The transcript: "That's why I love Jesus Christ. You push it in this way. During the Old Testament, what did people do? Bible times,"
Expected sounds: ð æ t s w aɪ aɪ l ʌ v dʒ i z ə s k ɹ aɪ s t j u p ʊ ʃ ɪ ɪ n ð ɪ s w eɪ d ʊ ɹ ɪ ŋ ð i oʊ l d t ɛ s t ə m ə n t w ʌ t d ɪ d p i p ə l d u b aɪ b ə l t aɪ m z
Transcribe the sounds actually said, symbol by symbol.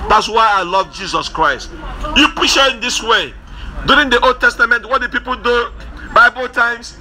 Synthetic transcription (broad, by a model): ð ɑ t s w aɪ aɪ l ʌ v dʒ i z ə s k ɹ aɪ s t j u p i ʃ ɪ ɪ n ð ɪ s w eɪ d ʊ ɹ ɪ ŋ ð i oʊ l d t ɛ s t ə m ə n t w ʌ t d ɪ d p i p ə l d u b aɪ b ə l t aɪ m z